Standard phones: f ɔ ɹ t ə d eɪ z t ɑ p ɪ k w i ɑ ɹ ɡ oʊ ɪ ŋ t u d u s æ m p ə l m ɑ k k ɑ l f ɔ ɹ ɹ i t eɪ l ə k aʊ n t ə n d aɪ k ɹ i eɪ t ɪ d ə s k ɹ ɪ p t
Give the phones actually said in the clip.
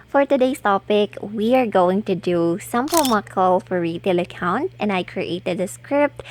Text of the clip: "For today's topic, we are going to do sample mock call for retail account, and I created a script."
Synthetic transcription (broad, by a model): f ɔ ɹ t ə d eɪ s t ɑ p ɪ k w i ɑ ɹ ɡ oʊ ɪ ŋ t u d u s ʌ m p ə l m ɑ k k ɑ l f ɔ ɹ ɹ i t eɪ l ə k aʊ n t ə n d aɪ k ɹ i eɪ t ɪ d ə s k ɹ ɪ p t